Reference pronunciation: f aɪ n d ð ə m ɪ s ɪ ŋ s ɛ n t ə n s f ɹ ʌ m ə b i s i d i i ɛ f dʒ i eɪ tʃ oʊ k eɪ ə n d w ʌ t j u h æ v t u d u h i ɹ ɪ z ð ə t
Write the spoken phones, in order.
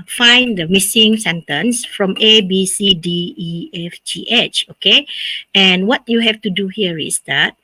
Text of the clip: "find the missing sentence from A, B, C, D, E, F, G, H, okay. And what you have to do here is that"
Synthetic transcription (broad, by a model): f aɪ n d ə m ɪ s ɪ ŋ s ɛ n t ə n s f ɹ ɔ m ə b i s i d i i ɛ f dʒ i eɪ tʃ oʊ k eɪ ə n w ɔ t j u h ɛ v t u d u h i ɹ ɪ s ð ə t